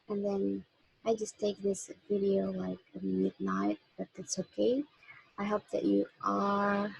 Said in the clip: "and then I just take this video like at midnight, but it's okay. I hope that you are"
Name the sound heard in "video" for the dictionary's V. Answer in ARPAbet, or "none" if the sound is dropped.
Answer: V